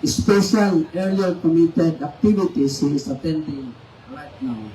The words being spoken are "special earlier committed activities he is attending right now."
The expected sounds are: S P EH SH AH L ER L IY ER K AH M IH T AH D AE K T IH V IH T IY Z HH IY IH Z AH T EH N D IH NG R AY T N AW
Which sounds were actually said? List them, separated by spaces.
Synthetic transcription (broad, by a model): S P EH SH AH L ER IY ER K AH M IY T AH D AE K T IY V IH T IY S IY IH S AH T EH N D IH NG R AY T N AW